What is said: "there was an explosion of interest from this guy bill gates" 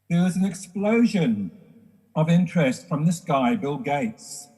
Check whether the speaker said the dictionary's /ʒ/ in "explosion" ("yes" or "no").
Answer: yes